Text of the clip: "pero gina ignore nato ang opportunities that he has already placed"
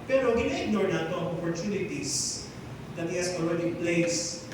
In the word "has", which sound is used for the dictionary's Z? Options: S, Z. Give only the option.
S